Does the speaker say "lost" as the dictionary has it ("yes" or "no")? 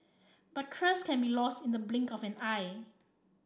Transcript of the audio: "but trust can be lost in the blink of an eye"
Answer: yes